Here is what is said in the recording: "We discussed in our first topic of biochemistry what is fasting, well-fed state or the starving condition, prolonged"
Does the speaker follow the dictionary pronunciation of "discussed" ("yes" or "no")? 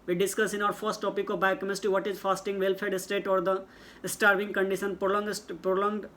no